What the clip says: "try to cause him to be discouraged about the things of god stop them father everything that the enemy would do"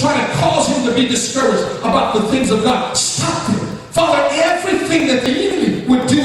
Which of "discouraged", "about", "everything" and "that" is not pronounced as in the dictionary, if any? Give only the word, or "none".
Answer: none